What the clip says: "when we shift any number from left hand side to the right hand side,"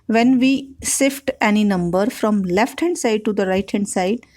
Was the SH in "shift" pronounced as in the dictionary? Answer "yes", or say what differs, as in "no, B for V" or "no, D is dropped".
no, S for SH